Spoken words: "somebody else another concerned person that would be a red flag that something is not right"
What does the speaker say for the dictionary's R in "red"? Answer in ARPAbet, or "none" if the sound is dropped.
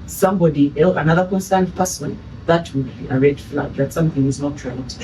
R